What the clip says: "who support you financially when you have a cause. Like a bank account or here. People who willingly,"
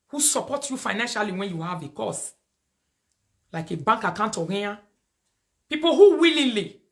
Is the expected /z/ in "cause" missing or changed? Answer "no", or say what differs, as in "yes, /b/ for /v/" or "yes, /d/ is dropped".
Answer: yes, /s/ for /z/